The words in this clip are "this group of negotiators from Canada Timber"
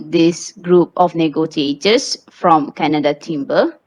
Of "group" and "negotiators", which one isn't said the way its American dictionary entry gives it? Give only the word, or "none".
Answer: negotiators